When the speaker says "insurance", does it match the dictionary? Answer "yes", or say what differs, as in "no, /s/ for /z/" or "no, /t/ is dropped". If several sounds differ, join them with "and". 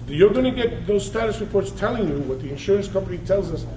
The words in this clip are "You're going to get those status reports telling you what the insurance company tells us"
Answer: yes